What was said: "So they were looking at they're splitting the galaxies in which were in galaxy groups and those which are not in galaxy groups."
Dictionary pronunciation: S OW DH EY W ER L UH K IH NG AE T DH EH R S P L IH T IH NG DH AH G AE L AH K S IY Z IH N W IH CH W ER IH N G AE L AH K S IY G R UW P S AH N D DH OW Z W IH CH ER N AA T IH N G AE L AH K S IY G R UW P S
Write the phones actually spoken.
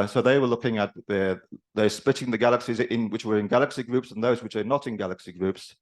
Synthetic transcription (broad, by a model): S OW DH EY W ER L UH K IH NG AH T DH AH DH S P L IH T IH NG DH AH G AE L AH K S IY Z IH N W IH CH W ER IH N G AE L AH K S IY G R UW P S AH N DH OW Z W IH CH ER N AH T IH N G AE L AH K S IY G R UW P S